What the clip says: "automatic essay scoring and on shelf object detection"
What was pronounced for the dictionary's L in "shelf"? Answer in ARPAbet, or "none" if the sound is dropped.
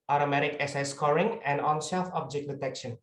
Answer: none